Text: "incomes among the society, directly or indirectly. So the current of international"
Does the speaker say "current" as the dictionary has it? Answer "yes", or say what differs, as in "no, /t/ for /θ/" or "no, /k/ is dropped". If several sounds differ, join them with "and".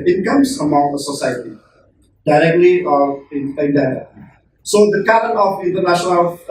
no, /t/ is dropped